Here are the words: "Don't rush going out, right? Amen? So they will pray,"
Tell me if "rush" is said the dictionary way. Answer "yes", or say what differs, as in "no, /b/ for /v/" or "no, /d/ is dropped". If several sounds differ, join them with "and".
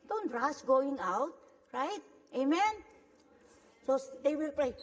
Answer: no, /s/ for /ʃ/